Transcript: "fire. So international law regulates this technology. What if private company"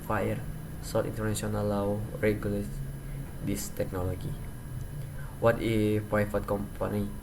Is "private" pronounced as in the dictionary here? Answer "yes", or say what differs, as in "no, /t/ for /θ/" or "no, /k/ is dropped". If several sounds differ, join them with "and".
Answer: no, /f/ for /v/